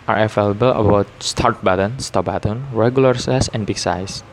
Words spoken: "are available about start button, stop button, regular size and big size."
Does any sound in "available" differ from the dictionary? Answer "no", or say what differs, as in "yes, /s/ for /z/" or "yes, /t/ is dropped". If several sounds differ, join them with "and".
yes, /f/ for /v/